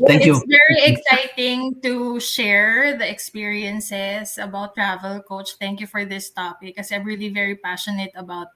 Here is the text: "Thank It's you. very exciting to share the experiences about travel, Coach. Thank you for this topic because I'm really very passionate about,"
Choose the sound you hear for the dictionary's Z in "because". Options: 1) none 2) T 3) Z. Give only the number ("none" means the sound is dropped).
1